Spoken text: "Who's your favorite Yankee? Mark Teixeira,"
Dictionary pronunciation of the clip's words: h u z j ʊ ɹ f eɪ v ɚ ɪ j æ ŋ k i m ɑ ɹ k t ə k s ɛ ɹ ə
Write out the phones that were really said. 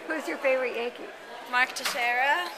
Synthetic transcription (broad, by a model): h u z j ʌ ɹ f eɪ v ɚ ɪ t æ k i m ɑ ɹ k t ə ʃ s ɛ ɹ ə